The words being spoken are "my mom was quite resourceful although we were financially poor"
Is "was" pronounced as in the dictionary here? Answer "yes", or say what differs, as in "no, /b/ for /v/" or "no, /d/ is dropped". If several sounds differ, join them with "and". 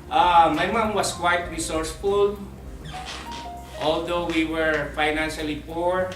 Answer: no, /s/ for /z/